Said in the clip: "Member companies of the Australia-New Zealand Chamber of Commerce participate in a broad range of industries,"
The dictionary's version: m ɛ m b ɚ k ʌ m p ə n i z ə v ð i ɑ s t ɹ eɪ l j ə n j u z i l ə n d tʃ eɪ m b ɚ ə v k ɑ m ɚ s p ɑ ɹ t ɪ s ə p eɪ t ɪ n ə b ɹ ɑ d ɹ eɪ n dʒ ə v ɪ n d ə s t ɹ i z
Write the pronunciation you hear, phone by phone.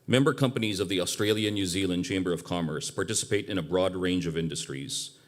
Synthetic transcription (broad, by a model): m ɛ m b ɚ k ʌ m p ə n i z ə v ð i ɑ s t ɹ eɪ l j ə n j u z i l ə n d tʃ eɪ m b ɚ ə v k ɑ m ɚ s p ɑ ɹ t ɪ s ə p eɪ t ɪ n ə b ɹ ɑ d ɹ eɪ n dʒ ə v ɪ n d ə s t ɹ i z